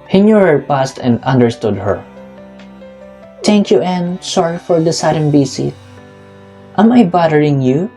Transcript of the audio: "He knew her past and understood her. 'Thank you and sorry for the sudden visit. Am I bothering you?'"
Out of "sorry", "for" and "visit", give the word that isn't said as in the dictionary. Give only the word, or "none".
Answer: visit